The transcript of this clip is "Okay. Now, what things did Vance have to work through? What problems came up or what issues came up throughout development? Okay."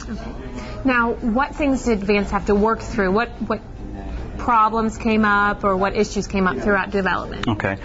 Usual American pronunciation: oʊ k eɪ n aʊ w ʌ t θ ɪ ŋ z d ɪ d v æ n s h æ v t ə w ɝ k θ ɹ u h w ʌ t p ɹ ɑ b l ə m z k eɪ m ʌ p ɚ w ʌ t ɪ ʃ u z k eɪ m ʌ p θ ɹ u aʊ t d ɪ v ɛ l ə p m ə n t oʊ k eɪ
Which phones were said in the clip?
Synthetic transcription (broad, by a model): oʊ k eɪ n aʊ w ʌ t θ ɪ ŋ z d ɪ d v æ n s h æ f t ə w ɝ k θ ɹ u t w ʌ t p ɹ ɑ b l ə m z k eɪ m ʌ p ɚ w ʌ t ɪ ʃ u z k eɪ m ʌ p θ ɹ u aʊ t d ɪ v ɛ l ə p m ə n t oʊ k eɪ